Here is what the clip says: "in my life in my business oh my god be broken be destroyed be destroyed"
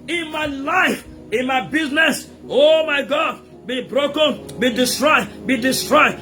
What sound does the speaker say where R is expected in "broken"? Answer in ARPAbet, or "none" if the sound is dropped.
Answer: R